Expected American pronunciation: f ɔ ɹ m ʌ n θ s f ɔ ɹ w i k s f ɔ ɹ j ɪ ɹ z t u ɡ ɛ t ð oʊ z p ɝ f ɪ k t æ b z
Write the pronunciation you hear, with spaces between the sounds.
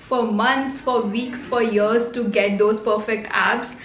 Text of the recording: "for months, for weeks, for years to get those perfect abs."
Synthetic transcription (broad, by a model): f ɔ ɹ m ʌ n t s f ɔ ɹ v i k s f ɔ ɹ j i ɹ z t u ɡ ɛ t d oʊ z p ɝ f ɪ k t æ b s